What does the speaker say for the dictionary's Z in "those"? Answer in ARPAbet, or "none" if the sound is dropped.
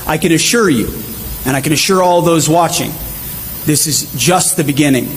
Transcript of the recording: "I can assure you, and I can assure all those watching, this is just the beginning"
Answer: Z